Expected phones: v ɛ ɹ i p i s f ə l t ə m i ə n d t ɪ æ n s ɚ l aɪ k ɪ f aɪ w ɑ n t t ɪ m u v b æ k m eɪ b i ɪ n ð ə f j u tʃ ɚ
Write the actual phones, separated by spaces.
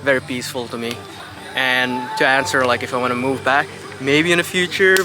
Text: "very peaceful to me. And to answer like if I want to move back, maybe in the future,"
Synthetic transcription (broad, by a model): v ɛ ɹ i p i s f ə l t ə m i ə n t ɪ æ n s ɚ l aɪ k ɪ f aɪ w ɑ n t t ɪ m u v b æ k m eɪ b i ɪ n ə f j u tʃ ɚ